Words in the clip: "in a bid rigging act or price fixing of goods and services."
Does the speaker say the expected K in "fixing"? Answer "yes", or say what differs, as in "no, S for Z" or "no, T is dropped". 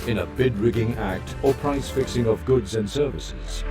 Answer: yes